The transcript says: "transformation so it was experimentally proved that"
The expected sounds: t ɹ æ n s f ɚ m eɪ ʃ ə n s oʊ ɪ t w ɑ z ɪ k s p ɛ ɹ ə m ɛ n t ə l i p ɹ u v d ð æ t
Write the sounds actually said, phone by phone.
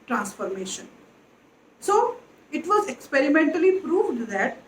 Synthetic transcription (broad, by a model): t ɹ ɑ n s f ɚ m eɪ ʃ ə n s oʊ ɪ t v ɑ z ɪ k s p ɛ ɹ ə m ɛ n t ə l i p ɹ u v d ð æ t